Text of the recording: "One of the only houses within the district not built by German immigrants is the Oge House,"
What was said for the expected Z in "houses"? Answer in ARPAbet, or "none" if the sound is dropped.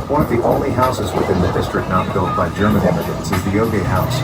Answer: Z